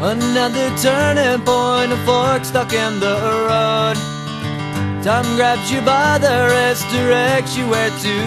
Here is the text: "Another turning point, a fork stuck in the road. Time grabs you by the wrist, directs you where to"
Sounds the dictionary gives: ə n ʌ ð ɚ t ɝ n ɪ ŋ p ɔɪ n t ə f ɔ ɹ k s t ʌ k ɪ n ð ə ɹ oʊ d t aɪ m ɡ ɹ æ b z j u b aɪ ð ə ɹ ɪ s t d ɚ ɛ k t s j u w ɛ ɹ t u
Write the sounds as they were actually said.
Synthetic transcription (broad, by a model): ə n ʌ ð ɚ t ɝ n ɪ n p ɔɪ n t ə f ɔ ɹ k s t ʌ k ɪ n ð ə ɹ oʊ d t aɪ m ɡ ɹ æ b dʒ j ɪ b aɪ ð ə ɹ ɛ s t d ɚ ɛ k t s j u w ɛ ɹ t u